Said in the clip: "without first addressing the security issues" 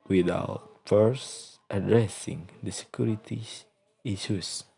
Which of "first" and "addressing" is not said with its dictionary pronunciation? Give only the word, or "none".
none